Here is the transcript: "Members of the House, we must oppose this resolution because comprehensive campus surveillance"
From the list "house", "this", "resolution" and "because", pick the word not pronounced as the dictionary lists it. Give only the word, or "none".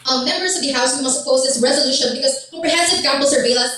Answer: none